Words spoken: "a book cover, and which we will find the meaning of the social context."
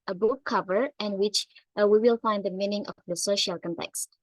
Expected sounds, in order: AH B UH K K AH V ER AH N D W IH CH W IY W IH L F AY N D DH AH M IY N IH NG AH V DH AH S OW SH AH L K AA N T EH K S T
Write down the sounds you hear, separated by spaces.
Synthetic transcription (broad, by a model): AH B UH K K AH V ER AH N W IH CH W IY W IH L F AY N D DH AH M IY N IH NG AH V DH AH S OW SH AH L K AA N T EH K S T